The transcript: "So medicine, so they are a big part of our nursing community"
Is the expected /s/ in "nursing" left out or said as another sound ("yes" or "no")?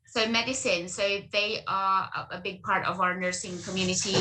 no